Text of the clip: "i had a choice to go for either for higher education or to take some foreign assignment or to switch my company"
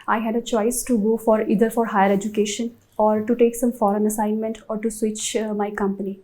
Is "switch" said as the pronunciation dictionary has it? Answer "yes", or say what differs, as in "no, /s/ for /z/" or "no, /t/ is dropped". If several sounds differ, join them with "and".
yes